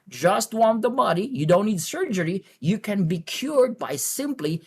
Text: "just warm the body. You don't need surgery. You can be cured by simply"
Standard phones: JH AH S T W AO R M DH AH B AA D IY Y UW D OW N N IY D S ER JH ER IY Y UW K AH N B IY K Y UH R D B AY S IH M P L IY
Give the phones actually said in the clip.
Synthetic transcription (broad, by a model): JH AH S T W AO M DH AH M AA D IY Y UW D OW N N IY D S ER JH ER IY Y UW K AH N B IY K Y UH R D B AY S IH M P L IY